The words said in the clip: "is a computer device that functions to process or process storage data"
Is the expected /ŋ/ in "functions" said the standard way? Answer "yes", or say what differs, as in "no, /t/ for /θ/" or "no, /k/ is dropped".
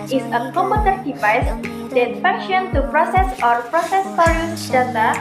no, /ŋ/ is dropped